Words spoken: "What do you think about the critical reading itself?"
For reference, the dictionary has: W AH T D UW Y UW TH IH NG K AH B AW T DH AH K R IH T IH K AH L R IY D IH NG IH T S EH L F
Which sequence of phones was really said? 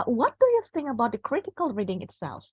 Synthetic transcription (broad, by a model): W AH T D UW Y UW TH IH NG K AH B AW T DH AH K R IH T IH K AH L R IY D IH NG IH T S EH L F